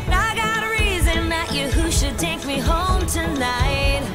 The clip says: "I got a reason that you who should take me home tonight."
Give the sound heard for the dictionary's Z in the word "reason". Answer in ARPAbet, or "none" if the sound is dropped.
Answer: Z